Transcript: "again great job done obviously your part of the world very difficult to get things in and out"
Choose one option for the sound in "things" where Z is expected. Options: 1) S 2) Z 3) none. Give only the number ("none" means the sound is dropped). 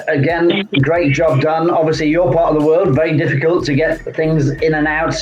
2